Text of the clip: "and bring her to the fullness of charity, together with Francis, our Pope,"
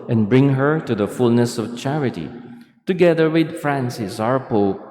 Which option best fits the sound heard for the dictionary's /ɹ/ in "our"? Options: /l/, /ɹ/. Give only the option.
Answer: /ɹ/